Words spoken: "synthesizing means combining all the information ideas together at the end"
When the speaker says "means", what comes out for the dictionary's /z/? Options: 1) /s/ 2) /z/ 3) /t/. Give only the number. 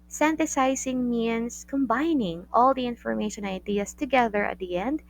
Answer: 1